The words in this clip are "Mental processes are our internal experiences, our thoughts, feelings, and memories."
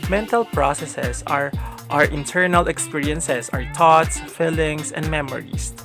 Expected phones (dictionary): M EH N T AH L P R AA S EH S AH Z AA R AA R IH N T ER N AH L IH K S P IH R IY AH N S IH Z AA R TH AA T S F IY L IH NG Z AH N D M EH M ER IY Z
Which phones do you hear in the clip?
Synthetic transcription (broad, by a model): M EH N T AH L P R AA S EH S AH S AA R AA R IH N T ER N AH L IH K S P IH R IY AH N S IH S AA R T AA T S F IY L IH NG S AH N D M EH M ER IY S